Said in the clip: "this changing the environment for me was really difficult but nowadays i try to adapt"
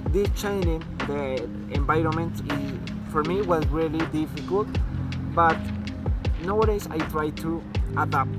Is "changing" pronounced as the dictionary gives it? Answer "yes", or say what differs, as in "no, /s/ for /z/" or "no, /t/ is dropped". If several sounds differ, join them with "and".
no, /dʒ/ is dropped